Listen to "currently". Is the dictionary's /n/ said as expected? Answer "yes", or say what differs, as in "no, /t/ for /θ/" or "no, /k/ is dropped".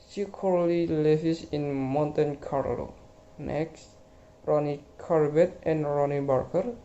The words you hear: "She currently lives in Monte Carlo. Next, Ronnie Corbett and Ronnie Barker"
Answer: no, /n/ is dropped